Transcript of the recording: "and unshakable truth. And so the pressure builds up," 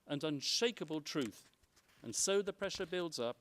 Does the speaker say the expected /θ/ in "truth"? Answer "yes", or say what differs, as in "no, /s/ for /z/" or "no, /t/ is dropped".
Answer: yes